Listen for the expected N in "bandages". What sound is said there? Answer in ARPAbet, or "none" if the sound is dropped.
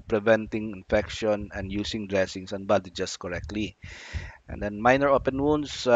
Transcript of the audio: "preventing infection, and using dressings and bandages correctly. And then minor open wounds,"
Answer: none